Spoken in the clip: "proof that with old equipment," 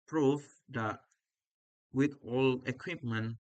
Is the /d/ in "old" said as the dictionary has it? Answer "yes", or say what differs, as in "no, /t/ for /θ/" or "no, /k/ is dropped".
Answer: no, /d/ is dropped